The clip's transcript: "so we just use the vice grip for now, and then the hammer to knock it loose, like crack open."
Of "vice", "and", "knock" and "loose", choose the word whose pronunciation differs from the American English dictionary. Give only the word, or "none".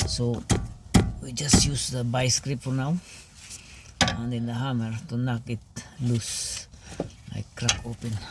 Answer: vice